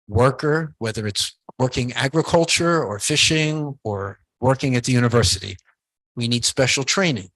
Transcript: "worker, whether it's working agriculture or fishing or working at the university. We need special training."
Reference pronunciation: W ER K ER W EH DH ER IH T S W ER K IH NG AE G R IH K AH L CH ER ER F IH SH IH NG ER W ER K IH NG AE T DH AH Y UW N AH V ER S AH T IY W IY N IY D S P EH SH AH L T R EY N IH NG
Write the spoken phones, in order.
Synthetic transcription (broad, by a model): W ER K ER W EH DH ER IH T S W ER K IH NG AE G R IH K AH L CH ER ER F IH SH IH NG ER W ER K IH NG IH T DH AH Y UW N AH V ER S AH T IY W IY N IY D S P EH SH L T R EY N IH NG